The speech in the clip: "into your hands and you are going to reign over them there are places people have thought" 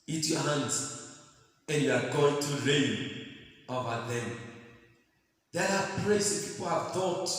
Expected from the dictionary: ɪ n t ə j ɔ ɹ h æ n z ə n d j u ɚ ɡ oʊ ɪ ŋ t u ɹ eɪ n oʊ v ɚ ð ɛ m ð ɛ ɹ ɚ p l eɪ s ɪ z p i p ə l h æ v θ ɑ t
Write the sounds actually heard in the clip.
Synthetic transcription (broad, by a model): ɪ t j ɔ h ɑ n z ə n j u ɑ ɡ oʊ ɪ ŋ t u ɹ eɪ n oʊ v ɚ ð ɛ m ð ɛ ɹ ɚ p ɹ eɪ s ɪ p i p ə l h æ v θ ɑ t